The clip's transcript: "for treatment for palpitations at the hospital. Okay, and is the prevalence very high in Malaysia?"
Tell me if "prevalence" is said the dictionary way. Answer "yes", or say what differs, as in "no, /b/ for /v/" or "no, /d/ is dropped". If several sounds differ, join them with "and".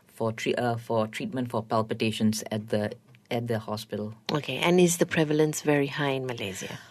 yes